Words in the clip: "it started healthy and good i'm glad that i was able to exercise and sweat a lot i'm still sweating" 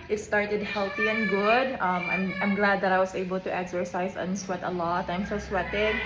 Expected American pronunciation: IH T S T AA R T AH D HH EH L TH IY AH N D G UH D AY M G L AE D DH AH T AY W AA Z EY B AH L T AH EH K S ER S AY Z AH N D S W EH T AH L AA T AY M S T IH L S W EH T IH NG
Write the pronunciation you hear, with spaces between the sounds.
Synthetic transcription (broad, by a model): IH T S T AA R T AH D HH EH L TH IY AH N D G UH D AY M G L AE D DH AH T AY W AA S EY B AH L T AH EH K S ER S AY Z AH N S W EH T AH L AA T AY M S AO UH S W EH T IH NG